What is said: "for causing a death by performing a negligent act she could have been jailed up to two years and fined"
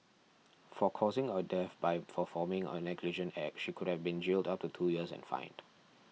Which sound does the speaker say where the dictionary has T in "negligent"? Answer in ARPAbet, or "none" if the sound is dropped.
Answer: none